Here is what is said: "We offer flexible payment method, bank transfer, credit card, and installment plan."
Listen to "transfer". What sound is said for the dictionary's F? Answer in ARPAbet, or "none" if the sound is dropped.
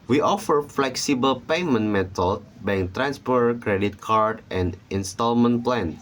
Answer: P